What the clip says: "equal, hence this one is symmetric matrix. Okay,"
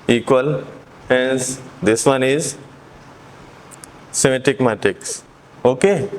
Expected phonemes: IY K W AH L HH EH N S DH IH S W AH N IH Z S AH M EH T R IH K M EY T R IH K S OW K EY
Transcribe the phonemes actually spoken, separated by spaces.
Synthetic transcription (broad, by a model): IY K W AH L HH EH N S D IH S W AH N IH Z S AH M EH T IH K M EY T IH K S OW K EY